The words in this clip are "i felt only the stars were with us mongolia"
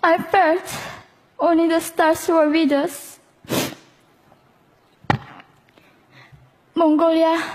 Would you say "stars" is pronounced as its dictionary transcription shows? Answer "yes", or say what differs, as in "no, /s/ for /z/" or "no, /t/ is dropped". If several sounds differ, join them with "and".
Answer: no, /s/ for /z/